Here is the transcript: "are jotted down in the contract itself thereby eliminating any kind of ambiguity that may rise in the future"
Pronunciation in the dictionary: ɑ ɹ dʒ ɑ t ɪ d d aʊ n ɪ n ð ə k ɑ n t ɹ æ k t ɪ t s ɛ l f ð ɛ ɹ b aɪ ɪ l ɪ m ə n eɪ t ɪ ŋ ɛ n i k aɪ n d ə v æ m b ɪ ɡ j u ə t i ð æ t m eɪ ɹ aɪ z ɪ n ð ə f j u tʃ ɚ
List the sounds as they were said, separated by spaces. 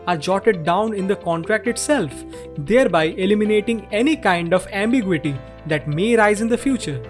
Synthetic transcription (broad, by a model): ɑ ɹ dʒ ɑ t ɪ d d aʊ n ɪ n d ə k ɑ n t ɹ æ k t ɪ t s ɛ l f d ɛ ɹ b aɪ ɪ l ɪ m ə n eɪ t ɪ ŋ ɛ n i k aɪ n d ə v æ m b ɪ ɡ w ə t i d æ t m eɪ ɹ aɪ z ɪ n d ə f j u tʃ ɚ